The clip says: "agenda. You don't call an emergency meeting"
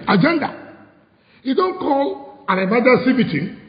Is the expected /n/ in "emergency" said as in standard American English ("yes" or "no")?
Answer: no